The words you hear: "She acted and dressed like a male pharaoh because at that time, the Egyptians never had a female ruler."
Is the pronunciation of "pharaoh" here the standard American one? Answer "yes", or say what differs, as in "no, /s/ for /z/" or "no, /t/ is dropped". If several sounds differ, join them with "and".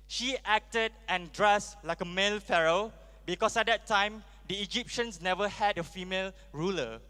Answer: yes